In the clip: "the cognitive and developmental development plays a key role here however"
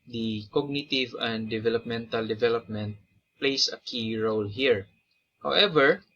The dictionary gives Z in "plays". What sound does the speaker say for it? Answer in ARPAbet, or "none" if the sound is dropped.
S